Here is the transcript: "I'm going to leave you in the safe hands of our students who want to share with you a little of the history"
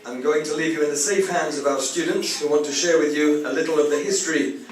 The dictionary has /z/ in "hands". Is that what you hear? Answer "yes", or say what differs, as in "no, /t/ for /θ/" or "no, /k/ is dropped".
yes